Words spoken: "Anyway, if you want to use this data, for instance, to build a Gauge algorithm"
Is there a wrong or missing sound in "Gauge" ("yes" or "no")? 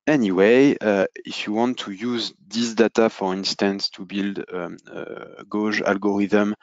yes